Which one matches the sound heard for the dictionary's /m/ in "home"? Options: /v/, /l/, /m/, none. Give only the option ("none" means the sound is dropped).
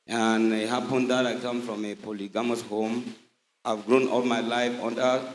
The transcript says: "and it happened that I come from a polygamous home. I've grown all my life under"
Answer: /m/